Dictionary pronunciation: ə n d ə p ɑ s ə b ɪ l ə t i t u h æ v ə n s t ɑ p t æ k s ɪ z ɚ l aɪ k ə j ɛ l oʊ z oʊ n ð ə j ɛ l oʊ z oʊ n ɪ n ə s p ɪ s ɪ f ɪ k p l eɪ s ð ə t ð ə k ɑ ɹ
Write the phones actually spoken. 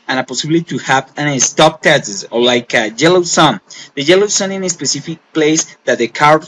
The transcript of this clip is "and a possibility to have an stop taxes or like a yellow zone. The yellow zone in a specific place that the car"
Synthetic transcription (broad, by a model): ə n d ə p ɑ s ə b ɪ l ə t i t u h æ v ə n s t ɑ p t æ s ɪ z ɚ l aɪ k ə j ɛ l oʊ s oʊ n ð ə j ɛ l oʊ s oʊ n ɪ n ə s p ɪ s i f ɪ k p l eɪ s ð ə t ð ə k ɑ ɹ